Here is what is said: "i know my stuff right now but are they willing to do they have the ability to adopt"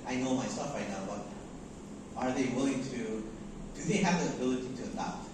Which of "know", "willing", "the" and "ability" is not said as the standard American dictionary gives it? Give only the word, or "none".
none